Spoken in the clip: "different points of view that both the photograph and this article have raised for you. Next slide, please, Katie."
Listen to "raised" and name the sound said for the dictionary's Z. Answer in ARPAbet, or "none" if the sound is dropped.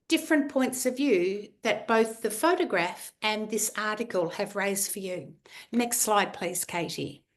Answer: Z